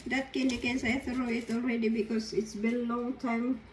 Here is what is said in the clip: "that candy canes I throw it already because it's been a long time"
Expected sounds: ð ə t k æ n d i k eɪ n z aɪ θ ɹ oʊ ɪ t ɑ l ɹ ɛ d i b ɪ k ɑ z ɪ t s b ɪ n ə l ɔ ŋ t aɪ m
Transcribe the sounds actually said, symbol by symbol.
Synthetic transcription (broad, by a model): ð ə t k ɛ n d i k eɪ n s aɪ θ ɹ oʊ ɪ t ɑ l ɹ ɛ d i b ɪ k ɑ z ɪ t s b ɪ l ə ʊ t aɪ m